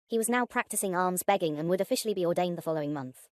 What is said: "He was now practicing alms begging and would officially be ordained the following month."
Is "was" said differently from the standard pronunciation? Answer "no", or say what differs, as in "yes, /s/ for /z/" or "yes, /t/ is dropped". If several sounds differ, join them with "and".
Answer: no